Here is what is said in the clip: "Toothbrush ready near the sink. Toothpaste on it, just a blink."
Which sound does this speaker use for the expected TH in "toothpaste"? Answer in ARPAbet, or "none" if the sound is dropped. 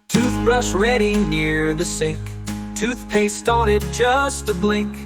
TH